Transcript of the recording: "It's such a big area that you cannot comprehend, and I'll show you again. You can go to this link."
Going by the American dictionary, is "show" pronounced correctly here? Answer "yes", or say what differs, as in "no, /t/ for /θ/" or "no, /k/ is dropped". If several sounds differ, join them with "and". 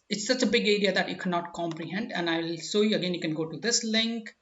no, /s/ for /ʃ/